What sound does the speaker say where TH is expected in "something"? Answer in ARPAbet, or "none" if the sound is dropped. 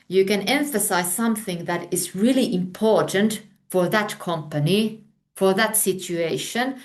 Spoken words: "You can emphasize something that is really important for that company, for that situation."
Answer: TH